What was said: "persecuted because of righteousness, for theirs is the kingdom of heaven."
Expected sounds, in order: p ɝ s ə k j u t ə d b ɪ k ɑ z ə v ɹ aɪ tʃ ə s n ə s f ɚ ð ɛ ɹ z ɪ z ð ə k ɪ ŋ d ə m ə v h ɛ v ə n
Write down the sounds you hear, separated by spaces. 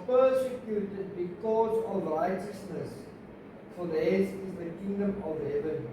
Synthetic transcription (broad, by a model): p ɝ s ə k j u t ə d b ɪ k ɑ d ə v ɹ aɪ tʃ ə s n ə s f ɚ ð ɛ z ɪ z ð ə k ɪ ŋ d ə m ə v h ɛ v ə n